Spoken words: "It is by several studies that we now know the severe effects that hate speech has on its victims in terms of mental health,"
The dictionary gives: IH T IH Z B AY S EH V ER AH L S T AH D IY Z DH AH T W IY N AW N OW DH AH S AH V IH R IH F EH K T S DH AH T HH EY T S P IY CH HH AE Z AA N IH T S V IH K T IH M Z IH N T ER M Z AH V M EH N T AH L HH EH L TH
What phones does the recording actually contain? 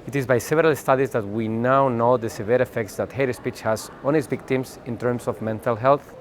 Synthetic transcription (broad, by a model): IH T IH Z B AY S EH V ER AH L S T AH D IY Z DH AH T W IY N AW N OW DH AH S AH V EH R IH F EH K T S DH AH T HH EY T S P IY CH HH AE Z AA N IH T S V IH K T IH M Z IH N T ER M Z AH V M EH N T AH L HH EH L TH